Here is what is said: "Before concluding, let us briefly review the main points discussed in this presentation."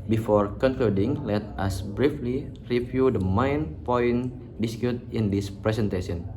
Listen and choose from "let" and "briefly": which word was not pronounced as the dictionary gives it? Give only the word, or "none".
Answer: none